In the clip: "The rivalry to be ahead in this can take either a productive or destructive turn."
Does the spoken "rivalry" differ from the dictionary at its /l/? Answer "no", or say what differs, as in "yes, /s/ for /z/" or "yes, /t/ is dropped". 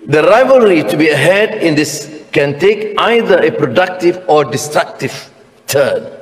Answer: no